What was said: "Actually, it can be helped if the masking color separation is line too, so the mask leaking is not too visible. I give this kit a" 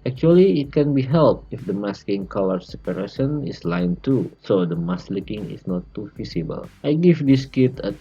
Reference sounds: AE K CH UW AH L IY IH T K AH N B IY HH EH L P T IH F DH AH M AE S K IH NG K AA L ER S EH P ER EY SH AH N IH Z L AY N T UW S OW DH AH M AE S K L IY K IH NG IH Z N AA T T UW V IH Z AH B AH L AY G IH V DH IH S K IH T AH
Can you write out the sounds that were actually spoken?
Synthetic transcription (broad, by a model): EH K CH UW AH L IY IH T K AH N B IY HH EH L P IH F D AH M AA S K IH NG K AA L ER S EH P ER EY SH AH N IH S L AY N T UW S OW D AH M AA S L IY K IH NG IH S N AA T T UW F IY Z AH B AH L AY G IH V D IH S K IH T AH